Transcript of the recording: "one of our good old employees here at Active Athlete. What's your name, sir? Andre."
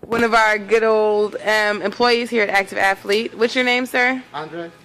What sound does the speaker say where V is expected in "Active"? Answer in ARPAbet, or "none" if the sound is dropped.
V